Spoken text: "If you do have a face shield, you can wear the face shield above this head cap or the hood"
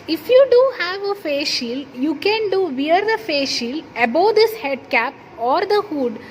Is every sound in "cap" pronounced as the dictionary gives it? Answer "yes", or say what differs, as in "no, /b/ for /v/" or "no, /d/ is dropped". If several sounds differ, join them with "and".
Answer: yes